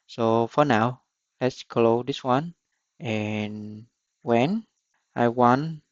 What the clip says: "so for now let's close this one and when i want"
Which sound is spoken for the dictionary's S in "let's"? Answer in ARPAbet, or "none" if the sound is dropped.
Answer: S